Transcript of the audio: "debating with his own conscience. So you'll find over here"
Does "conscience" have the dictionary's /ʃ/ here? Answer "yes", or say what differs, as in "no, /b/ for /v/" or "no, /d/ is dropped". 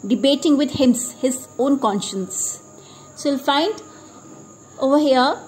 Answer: yes